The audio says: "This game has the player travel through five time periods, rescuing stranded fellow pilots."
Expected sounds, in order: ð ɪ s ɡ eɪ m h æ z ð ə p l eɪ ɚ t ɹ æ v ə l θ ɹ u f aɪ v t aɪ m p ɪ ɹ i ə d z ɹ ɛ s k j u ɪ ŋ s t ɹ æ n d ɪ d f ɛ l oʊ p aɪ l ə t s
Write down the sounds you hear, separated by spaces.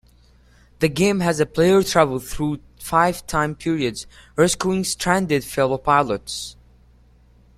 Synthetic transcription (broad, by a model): ð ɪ ɡ eɪ m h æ z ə p l eɪ ɚ t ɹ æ v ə l θ ɹ u f aɪ v t aɪ m p ɪ ɹ i ə d z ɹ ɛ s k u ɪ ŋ s t ɹ æ n d ɪ d f ɛ l oʊ p aɪ l ə t s